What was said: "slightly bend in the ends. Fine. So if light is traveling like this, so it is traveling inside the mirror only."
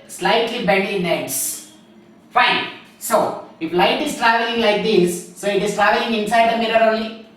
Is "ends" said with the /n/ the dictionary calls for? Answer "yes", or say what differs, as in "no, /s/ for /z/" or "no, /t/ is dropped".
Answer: no, /n/ is dropped